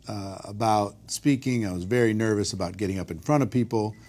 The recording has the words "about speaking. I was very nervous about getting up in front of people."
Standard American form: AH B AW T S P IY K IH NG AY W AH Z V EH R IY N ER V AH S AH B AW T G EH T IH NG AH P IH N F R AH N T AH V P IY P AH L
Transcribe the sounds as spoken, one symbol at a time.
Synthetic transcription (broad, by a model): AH B AW T S P IY K IH NG AY W AH Z V EH R IY N ER V AH S AH B AW T G EH T IH NG AH P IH N F R AH T AH V P IY P L